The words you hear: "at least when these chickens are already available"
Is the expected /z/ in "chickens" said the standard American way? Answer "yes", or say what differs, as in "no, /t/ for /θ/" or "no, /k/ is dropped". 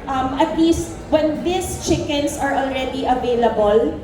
no, /s/ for /z/